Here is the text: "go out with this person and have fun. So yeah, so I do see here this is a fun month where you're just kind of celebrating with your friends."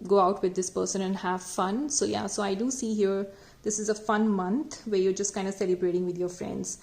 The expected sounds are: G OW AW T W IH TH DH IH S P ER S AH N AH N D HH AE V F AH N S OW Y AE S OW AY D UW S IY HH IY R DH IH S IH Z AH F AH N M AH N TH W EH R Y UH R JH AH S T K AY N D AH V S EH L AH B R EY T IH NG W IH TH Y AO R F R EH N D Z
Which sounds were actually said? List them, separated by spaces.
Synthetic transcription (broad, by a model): G OW AW T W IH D IH S P ER S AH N AH N D HH AE V F AH N S OW Y AE S OW AY D UW S IY HH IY R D IH S IH Z AH F AH N M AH N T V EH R Y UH R JH AH S T K AY N D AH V S EH L AH B R EY T IH NG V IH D Y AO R F R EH N D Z